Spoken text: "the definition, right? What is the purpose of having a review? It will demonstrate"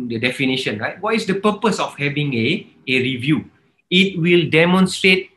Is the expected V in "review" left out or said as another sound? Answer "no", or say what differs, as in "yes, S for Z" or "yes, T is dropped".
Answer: no